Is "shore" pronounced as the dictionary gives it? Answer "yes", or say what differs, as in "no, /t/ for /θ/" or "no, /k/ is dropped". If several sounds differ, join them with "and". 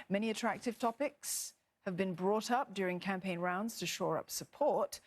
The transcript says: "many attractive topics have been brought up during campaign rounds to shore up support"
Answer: yes